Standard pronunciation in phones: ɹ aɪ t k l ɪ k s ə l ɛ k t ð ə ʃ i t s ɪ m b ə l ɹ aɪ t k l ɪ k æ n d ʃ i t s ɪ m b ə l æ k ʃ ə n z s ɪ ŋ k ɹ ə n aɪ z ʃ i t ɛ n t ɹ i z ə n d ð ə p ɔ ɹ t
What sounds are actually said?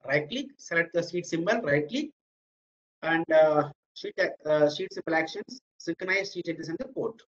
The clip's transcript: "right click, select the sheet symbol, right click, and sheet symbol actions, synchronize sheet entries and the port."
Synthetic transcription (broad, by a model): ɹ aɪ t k l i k s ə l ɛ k t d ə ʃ i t s ɪ m b ə l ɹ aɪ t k l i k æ n d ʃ i t s ɪ m b ə l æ k ʃ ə n s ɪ ŋ k ɹ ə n aɪ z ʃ i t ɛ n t i s ə n d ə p ɔ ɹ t